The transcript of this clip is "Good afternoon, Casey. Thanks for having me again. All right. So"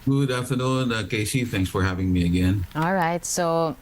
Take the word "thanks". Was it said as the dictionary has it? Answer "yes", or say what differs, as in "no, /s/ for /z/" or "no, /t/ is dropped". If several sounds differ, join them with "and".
yes